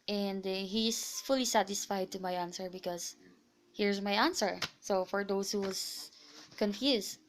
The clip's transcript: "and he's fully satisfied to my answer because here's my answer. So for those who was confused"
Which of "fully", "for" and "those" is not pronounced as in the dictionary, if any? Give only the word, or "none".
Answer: those